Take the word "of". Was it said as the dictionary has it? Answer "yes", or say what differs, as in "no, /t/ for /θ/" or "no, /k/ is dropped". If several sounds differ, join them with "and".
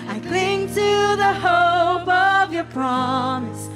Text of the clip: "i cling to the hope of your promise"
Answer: yes